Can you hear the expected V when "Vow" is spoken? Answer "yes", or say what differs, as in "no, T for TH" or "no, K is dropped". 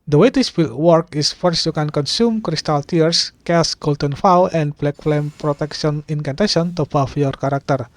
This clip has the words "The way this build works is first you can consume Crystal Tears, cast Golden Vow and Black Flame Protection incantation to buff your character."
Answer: no, F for V